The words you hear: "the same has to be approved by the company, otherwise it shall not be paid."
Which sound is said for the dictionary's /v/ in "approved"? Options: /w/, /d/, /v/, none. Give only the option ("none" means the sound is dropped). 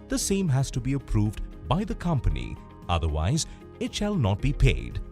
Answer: /v/